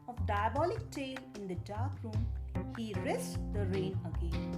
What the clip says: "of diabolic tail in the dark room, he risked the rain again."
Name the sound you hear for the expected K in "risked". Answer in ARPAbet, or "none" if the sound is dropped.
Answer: none